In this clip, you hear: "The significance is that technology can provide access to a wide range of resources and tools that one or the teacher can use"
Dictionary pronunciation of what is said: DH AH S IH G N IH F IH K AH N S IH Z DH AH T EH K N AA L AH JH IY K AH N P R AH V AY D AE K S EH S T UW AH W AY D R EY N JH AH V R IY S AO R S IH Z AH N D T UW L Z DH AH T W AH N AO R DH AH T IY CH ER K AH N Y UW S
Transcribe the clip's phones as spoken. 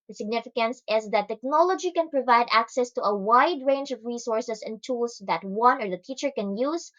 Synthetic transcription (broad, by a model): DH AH S IH G N IH F IH K AH N S IH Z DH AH T EH K N AA L AH JH IY K AH N P R AH V AY D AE K S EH S T UW AH W AY D R EY N JH AH V R IY S AO R S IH S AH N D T UW L S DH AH T W AH N AO R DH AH T IY CH ER K AH N Y UW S